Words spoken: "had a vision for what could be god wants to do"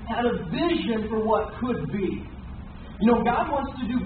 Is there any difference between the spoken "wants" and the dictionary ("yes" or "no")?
no